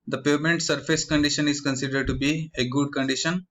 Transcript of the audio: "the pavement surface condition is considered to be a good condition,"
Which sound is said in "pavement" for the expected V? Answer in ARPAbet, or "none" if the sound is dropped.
none